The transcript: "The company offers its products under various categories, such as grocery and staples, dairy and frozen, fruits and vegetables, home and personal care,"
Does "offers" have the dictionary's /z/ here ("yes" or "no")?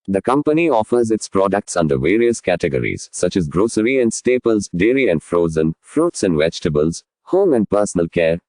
yes